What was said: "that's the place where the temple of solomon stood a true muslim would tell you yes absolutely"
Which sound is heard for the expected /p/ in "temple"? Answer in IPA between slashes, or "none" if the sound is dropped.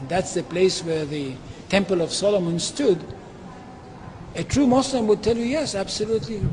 /p/